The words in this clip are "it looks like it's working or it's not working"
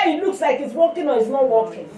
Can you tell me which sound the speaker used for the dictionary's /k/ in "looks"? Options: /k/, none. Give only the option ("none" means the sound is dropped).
/k/